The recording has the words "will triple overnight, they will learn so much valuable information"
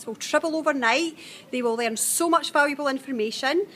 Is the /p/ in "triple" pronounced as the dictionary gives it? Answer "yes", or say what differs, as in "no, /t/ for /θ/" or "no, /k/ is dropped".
no, /b/ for /p/